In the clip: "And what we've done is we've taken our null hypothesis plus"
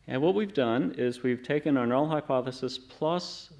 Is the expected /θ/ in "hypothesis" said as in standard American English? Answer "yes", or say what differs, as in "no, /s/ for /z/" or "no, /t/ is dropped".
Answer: yes